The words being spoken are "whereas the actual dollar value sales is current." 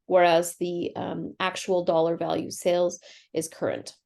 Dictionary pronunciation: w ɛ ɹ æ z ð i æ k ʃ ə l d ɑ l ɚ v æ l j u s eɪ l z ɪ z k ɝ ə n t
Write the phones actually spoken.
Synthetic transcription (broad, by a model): w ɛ ɹ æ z ð i æ k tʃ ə l d ɑ l ɚ v æ l j u s eɪ l z ɪ z k ɝ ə n t